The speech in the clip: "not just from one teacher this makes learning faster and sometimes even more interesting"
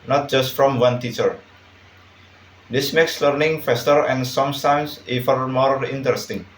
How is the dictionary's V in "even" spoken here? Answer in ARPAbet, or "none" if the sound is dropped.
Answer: F